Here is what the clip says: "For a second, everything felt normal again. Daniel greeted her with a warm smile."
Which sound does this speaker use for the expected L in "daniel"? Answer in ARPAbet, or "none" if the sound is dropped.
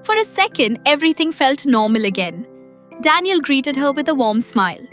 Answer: L